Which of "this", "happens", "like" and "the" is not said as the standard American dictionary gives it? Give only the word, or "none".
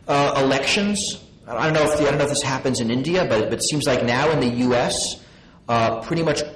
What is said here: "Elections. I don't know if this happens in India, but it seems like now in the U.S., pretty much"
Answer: none